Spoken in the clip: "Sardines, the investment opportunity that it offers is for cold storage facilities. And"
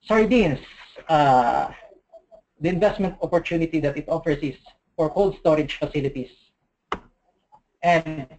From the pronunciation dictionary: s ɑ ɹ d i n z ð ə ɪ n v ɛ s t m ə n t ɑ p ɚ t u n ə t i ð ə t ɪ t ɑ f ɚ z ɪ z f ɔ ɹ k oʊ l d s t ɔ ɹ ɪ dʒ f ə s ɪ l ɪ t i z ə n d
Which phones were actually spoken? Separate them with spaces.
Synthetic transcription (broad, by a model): s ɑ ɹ d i n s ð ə ɪ n v ɛ s t m ə n t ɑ p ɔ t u n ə t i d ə t ɪ t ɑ f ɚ s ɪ s f ɔ ɹ k oʊ l d s t ɔ ɹ ɪ dʒ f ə s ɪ l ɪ t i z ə n d